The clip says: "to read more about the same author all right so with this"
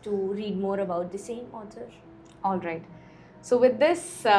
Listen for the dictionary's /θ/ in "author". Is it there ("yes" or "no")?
no